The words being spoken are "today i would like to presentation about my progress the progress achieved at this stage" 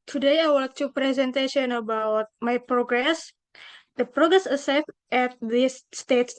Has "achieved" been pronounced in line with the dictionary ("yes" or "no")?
no